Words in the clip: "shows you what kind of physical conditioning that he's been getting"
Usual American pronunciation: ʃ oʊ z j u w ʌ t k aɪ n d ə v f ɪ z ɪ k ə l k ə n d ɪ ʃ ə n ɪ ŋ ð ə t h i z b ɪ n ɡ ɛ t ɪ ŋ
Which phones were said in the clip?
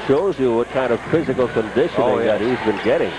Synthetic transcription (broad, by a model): ʃ oʊ z j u w ʌ t k aɪ n d ə v f ɪ z ɪ k ə l k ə n d ɪ ʃ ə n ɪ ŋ ð ə t h i z b ɪ n ɡ ɛ t ɪ ŋ